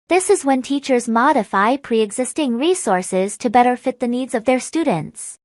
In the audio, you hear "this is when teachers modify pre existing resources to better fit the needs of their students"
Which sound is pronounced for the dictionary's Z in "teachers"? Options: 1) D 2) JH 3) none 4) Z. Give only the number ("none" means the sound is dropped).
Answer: 4